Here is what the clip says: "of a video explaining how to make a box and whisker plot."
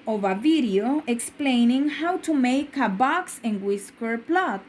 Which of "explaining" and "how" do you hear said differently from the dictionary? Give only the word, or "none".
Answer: none